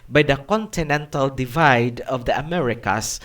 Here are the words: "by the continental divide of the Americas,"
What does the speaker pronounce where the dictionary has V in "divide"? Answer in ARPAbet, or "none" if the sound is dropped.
V